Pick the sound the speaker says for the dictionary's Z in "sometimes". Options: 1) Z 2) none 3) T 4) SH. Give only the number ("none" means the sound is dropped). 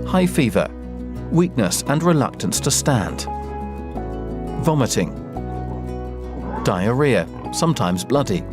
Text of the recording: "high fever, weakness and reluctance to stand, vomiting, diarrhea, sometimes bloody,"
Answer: 1